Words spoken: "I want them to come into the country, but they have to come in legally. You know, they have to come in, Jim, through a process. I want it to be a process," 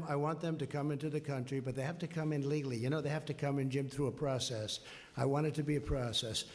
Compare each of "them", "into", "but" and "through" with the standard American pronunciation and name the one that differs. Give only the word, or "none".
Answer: none